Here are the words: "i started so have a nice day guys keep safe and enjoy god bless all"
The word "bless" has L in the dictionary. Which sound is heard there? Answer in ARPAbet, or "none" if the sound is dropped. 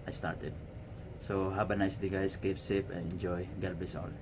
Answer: none